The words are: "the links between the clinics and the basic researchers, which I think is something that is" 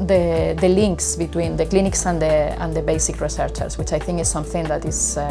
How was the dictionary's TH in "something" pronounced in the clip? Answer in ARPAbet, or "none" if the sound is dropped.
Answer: TH